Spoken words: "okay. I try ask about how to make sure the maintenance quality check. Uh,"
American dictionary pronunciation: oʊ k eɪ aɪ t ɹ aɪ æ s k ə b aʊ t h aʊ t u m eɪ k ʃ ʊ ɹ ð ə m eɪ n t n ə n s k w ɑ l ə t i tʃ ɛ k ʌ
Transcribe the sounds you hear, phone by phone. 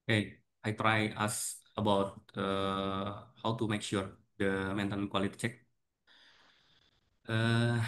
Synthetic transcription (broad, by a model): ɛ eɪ aɪ t ɹ aɪ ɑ s ə b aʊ t h aʊ t u m eɪ k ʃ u ɹ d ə m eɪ n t ə n k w ɑ l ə t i tʃ ɛ k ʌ